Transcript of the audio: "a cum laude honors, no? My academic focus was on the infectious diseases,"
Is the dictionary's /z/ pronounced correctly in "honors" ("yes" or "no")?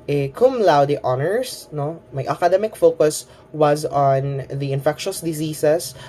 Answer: no